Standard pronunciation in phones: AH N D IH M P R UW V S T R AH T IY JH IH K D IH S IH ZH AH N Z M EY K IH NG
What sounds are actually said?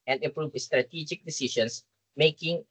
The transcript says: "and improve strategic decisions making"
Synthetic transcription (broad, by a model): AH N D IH P R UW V S T R AH T IY JH IH K D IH S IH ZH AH N S M EY K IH NG